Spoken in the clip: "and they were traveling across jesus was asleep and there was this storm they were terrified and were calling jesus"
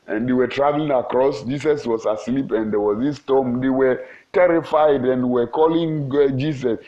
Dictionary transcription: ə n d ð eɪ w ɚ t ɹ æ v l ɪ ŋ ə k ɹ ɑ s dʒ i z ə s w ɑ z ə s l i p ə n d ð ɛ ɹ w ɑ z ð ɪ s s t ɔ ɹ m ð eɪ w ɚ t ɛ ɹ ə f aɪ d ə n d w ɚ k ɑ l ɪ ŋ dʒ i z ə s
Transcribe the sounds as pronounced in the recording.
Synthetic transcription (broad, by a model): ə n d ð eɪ w ɚ t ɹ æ v l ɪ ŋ ə k ɹ ɑ s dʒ i s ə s w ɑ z ə s l i p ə n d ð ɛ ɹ w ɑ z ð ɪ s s t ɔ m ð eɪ w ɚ t ɛ ɹ ə f aɪ d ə n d w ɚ k ɑ l ɪ ŋ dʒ i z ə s